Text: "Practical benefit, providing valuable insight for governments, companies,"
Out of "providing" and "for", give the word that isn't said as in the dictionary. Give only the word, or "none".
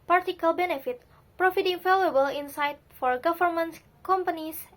providing